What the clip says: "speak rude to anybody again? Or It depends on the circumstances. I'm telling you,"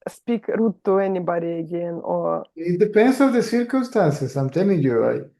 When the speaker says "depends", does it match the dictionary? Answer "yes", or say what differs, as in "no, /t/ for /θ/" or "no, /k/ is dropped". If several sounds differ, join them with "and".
no, /s/ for /z/